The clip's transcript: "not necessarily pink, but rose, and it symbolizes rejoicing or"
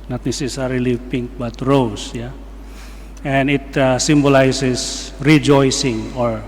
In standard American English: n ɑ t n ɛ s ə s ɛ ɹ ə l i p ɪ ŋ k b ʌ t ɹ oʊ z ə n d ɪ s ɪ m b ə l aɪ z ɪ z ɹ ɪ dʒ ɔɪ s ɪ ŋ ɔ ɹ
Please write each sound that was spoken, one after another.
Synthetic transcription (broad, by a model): n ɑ t n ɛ s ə s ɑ ɹ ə l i p ɪ ŋ k b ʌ t ɹ oʊ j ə n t ɪ s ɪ m b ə l aɪ s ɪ s ɹ ɪ dʒ ɔɪ s ɪ ŋ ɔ ɹ